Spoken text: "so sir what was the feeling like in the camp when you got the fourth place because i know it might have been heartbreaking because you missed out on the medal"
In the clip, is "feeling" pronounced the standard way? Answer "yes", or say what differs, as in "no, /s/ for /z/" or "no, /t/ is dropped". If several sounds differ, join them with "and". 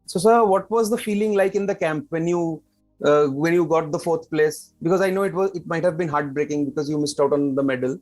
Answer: yes